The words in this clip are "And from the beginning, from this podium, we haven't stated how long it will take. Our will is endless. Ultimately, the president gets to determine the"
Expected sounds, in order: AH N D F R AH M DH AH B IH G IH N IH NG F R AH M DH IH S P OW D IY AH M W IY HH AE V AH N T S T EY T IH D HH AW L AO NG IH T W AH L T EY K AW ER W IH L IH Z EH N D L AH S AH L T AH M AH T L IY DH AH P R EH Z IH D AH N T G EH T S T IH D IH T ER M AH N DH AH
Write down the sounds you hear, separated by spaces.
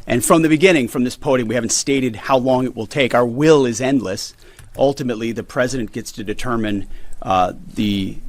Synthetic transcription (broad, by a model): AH N F R AH M DH AH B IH G IH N IH NG F R AH M DH IH S P OW D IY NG W IY HH AE V N T S T EY T IH D HH AW L AO NG IH T W AH L T EY K AW ER W IH L IH Z EH N D L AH S AH L T AH M AH T L IY DH AH P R EH Z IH D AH N G EH T S T IH D IH T ER M AH N DH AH